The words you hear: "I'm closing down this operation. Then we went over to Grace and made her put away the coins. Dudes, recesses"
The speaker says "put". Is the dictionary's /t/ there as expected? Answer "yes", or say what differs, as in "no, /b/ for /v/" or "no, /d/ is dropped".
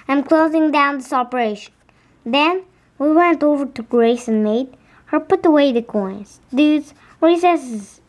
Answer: yes